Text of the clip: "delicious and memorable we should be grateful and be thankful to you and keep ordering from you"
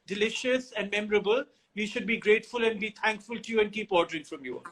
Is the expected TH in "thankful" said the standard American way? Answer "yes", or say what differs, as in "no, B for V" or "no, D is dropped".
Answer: no, T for TH